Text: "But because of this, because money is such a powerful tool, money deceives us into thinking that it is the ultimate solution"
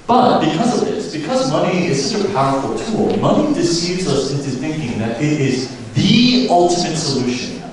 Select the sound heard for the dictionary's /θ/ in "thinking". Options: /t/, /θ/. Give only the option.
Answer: /θ/